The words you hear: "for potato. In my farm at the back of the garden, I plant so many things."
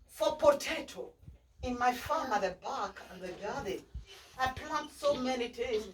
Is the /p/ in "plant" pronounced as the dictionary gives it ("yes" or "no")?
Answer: yes